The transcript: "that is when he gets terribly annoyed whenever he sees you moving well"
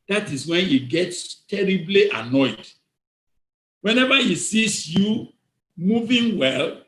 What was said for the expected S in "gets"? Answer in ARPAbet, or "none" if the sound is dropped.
S